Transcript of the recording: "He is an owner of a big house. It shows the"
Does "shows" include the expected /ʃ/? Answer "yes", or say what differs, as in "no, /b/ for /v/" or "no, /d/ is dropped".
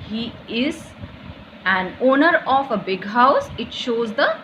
yes